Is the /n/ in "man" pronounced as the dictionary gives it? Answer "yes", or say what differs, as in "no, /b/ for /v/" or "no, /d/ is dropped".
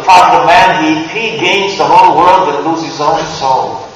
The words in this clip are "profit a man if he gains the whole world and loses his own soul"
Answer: yes